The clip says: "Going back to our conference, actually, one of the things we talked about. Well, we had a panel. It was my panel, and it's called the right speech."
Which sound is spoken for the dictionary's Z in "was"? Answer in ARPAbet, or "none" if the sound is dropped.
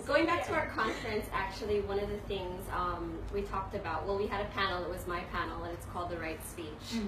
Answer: Z